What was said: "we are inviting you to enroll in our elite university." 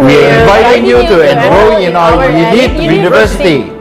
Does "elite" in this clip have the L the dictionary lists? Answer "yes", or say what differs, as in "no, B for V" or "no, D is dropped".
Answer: no, N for L